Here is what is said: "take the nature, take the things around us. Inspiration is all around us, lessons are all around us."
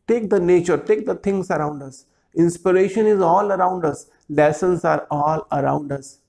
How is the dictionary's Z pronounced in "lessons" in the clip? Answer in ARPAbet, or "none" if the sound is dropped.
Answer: S